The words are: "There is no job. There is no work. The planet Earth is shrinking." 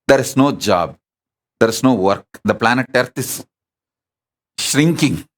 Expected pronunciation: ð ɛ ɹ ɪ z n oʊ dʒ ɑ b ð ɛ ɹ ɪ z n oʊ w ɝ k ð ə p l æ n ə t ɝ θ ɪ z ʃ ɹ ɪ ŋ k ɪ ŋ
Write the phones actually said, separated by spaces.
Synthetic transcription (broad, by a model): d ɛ ɹ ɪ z n oʊ dʒ ɑ b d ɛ ɹ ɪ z n oʊ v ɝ k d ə p l æ n ə t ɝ t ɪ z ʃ ɹ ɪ ŋ k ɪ ŋ